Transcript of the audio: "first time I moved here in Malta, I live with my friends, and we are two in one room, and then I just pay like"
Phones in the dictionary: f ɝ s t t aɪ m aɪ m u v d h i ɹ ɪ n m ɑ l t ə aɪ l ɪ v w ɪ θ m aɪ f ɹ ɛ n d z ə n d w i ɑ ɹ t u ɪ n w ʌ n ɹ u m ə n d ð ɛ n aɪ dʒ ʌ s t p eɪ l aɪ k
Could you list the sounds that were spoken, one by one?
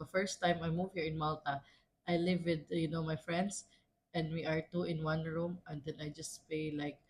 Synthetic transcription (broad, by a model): f ɝ s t t aɪ m aɪ m u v h i ɹ ɪ n m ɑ l t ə aɪ l ɪ v w ɪ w m aɪ f ɹ ɛ n d s ə n d w i ɑ ɹ t u ɪ n w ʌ n ɹ u m ə n d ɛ n aɪ dʒ ʌ s t p eɪ l aɪ k